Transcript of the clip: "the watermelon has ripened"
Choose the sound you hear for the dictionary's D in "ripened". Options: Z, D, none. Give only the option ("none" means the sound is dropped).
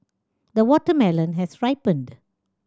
D